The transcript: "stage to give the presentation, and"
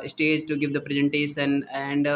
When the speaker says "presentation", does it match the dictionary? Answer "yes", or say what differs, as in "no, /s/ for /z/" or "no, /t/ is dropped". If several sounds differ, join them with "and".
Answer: no, /s/ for /ʃ/